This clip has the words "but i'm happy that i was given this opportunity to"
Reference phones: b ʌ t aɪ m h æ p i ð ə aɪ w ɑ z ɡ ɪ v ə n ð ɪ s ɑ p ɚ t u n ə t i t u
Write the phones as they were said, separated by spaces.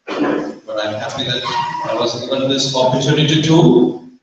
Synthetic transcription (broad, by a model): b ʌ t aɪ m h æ f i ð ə aɪ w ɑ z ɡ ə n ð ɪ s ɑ p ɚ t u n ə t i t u